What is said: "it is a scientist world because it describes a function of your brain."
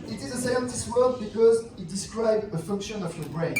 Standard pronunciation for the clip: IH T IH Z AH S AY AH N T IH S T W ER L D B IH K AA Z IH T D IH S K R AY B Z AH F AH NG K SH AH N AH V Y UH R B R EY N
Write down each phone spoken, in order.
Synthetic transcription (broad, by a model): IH T IH Z AH S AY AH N T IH S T W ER D B IH K AA Z IH T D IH S K R AY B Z AH F AH NG K SH AH N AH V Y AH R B R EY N